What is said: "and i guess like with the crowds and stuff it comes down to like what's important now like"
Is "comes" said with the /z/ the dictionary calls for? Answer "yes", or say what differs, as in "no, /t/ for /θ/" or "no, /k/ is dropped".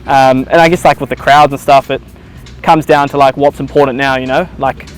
yes